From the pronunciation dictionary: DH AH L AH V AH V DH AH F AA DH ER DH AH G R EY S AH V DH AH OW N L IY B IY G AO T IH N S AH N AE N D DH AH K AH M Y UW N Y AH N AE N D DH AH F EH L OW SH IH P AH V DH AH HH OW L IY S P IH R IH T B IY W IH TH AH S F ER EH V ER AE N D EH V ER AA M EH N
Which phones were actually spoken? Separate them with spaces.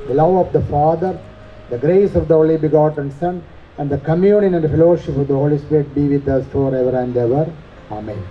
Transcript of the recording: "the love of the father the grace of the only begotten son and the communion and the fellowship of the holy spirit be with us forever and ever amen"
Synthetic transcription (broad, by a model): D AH L AH V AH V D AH F AA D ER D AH G R EY S AH V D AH OW L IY B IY G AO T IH N S AH N AE N D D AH K AH M Y UW N Y AH N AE N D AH F EH L OW SH IH P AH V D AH HH OW L IY S P IH R IH T B IY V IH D AH S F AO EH V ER AE N D EH V ER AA M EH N